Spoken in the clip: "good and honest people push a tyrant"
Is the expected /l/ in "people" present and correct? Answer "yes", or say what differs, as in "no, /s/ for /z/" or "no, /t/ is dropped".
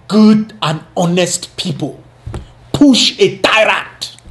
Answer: yes